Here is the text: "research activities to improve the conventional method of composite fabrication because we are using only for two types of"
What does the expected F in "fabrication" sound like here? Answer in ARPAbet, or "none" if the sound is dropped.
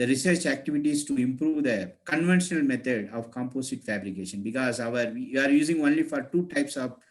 F